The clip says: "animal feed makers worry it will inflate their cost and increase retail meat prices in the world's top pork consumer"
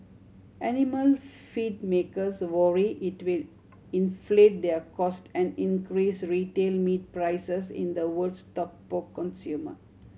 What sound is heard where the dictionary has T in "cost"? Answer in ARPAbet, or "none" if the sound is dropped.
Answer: T